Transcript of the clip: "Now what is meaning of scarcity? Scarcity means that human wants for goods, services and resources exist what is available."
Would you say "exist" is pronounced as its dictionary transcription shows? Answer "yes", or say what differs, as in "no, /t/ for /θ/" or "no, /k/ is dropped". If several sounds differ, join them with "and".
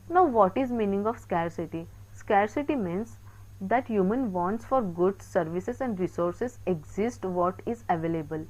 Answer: yes